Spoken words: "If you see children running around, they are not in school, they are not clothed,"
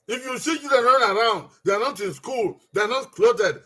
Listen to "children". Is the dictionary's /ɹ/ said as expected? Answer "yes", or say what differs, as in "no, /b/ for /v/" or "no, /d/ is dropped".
no, /ɹ/ is dropped